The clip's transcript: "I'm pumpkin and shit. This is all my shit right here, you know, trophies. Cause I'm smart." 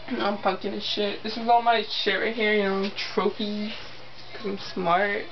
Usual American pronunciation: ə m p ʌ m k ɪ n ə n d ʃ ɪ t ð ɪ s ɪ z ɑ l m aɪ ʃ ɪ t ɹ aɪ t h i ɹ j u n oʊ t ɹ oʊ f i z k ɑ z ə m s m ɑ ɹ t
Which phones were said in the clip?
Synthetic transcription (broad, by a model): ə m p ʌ k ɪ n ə ʃ ɪ t ð ɪ s ɪ z ɑ l m aɪ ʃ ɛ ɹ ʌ h i ɹ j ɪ n oʊ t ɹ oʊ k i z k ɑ ə m s m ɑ ɹ t